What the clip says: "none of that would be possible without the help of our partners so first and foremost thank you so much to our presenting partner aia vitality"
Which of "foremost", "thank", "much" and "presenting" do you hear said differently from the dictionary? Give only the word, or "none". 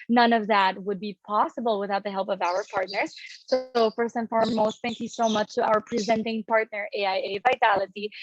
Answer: none